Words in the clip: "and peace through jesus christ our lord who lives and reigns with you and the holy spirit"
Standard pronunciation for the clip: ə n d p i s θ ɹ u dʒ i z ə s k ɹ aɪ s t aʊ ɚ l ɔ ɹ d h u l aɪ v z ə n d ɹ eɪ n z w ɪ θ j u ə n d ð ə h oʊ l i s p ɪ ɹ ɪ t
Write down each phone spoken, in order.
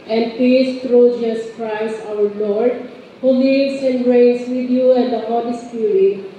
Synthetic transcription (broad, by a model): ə n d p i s t ɹ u dʒ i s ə s k ɹ aɪ s t aʊ ɚ l ɔ ɹ d h u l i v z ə n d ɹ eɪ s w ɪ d j u ə n d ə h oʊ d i s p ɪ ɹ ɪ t